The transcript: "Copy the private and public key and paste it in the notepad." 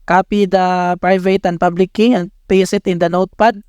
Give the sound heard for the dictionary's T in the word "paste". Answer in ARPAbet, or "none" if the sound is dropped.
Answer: none